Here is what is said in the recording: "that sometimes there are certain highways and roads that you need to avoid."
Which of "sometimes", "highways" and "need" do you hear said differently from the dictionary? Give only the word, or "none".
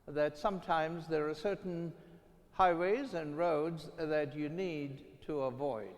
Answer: none